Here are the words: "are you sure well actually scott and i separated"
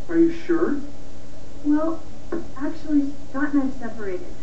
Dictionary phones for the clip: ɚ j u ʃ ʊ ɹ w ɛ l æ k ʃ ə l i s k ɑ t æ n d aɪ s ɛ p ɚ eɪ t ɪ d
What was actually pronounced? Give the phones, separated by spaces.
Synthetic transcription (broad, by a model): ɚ j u ʃ ʊ ɹ w ɛ l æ k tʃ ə l i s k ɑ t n aɪ s ɛ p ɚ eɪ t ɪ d